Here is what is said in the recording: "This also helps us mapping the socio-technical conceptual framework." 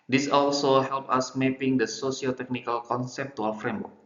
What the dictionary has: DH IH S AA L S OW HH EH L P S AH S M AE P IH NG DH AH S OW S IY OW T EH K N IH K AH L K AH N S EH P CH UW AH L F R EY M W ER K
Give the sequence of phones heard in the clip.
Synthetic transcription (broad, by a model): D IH S AA L S OW HH EH L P AH S M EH P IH NG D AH S OW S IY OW T EH K N IH K AH L K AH N S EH P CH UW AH W F R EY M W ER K